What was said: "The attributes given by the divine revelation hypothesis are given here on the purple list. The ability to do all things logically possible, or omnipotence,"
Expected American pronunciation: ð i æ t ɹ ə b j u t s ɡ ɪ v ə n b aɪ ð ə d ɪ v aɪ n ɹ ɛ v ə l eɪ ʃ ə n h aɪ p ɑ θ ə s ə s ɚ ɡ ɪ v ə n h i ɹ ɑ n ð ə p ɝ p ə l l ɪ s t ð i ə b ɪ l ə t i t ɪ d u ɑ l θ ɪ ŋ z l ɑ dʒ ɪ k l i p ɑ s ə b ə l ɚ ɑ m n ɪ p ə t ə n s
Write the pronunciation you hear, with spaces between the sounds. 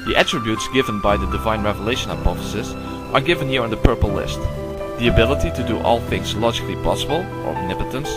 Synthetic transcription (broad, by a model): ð i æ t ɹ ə b j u t s ɡ ɪ v ə n b aɪ ð ə d ɪ v aɪ n ɹ ɛ v ə l eɪ ʃ ə n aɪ p ɑ f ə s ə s ɚ ɡ ɪ v ə n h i ɹ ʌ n ð ə p ɝ p l l ɪ s t ð i ə b ɪ l ə t i t ɪ d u ɑ l θ ɪ ŋ z l ɑ dʒ ɪ k l i p ɑ s ə b ə l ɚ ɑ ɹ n ɪ p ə t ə n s